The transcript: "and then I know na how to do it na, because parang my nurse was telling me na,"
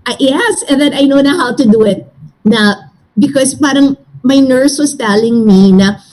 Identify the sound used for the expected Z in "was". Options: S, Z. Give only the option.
S